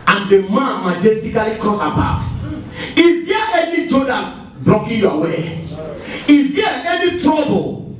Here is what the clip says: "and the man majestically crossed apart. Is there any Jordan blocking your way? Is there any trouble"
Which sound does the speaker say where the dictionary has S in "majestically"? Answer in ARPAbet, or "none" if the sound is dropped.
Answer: S